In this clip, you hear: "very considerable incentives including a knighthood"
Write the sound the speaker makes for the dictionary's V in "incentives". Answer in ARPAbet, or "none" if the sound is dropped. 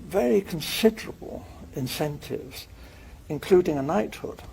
V